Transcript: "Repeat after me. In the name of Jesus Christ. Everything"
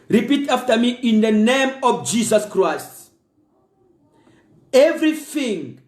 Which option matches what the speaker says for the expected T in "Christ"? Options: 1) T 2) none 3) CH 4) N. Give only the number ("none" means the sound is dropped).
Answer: 1